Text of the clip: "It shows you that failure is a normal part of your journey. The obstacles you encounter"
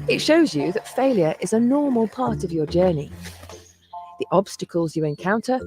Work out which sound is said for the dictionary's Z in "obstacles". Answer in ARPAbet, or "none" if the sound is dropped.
Z